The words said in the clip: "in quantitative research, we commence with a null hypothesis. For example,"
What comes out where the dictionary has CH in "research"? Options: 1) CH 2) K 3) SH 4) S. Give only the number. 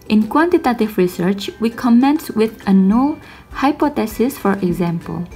1